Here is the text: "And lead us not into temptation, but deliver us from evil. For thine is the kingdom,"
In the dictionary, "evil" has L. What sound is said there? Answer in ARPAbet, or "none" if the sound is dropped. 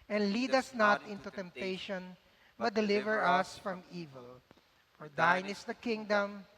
L